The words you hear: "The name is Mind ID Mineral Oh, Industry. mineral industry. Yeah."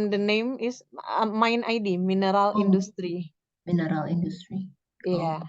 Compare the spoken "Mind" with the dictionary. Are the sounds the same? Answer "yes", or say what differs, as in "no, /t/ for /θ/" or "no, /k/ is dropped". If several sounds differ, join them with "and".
no, /d/ is dropped